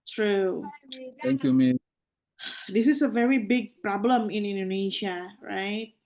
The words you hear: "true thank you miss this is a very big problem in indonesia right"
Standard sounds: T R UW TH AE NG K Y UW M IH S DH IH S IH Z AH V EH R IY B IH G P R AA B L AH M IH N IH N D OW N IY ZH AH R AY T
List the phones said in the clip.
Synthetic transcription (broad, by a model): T R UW T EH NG K Y UW M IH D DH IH S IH S AH V EH R IY B IH G P R AA B L AH M IH N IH N D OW N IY SH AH R AY T